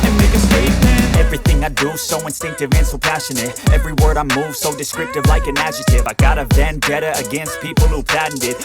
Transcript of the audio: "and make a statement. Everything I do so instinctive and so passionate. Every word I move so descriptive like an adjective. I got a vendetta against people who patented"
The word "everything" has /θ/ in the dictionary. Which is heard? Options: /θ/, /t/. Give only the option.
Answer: /θ/